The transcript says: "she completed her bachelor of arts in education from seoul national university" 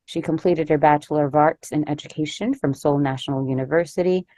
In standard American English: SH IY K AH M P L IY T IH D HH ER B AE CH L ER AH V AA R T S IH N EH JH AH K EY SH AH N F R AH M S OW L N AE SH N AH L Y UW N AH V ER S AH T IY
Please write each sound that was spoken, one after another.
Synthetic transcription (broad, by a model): SH IY K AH M P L IY T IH D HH ER B AE CH L ER AH V AA R T S IH N EH JH AH K EY SH AH N F R AH M S OW L N AE SH N L Y UW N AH V ER S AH T IY